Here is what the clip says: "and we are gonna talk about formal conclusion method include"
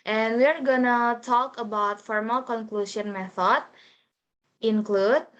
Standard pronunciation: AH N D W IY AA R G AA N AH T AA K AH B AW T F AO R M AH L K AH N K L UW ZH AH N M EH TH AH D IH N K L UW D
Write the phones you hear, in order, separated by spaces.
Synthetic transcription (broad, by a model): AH N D W IY AA R G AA N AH T AA K AH B AW T F AO R M AH L K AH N K L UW S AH N M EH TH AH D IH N K L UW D